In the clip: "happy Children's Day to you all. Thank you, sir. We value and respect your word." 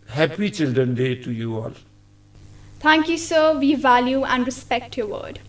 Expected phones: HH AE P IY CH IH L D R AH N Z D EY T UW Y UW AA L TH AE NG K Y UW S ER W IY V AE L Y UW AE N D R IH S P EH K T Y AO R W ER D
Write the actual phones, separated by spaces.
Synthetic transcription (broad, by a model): HH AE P IY CH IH L D R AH N D EY T UW Y UW AA L T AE NG K Y UW S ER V IY V AE L Y UW AE N D R IH S P EH K T Y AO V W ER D